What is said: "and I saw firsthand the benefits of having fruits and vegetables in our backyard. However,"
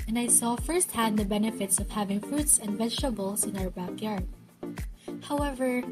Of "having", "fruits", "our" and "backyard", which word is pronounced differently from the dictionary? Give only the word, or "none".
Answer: none